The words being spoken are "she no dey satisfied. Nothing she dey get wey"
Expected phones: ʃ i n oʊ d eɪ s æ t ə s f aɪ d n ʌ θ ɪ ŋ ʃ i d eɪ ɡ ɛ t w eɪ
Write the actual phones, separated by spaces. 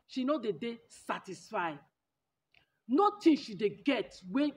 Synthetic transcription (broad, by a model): ʃ i n oʊ d eɪ s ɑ t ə s f aɪ n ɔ t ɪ ʃ i d eɪ ɡ ɛ t w eɪ